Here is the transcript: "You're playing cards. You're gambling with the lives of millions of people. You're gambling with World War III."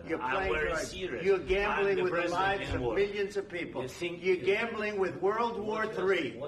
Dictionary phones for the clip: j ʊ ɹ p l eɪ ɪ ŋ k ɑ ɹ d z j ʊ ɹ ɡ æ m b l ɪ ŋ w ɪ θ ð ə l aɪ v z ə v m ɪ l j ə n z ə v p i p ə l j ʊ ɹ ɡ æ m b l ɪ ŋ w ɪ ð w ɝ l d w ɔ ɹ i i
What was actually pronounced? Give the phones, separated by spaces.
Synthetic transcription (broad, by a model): j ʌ ɹ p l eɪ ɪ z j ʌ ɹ ɡ æ m b l ɪ ŋ w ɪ ð ə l aɪ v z ə v m ɪ l j ə n z ə v p i p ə l j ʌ ɹ ɡ æ m b l ɪ ŋ w ɪ ð w ɝ l d w ɔ ɹ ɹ i